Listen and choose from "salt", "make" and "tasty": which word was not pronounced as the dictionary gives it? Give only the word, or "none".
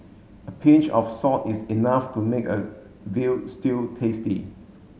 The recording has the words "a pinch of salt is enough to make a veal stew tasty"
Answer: salt